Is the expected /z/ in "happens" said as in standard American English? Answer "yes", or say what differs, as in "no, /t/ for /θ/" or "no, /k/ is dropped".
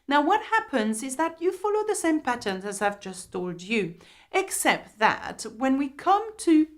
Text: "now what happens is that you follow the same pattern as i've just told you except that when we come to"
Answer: yes